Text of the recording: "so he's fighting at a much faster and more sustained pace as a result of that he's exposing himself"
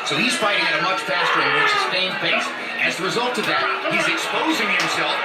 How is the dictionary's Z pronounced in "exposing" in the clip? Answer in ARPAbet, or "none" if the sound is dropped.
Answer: Z